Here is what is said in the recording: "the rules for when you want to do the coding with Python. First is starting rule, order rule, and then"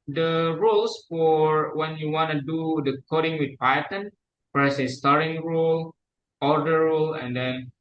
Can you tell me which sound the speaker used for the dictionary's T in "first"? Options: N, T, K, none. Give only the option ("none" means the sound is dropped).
none